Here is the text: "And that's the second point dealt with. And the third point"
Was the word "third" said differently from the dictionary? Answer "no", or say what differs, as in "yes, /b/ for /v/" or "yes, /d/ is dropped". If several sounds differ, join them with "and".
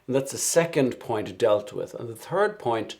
no